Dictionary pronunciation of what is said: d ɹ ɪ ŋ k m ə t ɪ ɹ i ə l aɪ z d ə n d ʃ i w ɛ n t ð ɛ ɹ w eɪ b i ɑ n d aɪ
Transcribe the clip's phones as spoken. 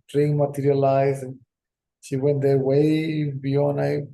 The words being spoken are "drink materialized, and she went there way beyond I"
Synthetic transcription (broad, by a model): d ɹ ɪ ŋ m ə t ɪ ɹ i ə l aɪ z ə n ʃ i w ɛ n t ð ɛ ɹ w eɪ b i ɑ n aɪ